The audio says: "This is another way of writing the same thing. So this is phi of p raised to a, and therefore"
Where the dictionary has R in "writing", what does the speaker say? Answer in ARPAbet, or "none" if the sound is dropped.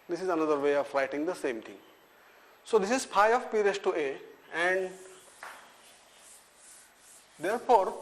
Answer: L